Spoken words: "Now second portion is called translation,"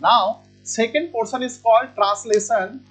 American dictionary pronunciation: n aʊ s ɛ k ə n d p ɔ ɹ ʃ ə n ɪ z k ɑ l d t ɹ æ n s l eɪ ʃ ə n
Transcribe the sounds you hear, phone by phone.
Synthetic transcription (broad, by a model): n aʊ s ɛ k ə n d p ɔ ɹ s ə n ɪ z k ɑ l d t ɹ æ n s l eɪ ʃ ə n